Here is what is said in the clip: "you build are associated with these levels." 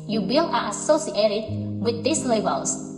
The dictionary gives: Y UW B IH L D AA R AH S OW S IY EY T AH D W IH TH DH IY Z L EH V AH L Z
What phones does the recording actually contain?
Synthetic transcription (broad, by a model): Y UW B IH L AA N AH S OW S IY EY T AH D W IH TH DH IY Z L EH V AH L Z